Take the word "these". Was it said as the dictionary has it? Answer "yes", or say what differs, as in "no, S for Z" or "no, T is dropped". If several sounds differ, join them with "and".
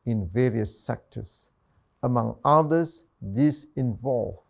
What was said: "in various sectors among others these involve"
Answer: no, S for Z